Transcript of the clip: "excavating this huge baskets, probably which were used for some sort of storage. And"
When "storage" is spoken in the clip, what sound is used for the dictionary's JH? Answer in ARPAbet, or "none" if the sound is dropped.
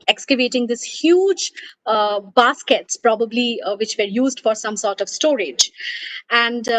JH